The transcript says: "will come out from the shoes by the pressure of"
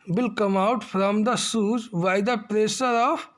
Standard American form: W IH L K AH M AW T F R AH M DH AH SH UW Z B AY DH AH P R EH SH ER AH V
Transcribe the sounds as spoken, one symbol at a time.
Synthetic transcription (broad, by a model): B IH L K AH M AW T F R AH M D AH S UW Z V AY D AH P R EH S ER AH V